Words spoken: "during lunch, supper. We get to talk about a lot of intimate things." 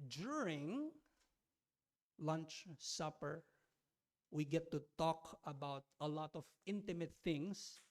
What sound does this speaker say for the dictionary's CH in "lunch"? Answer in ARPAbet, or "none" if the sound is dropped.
CH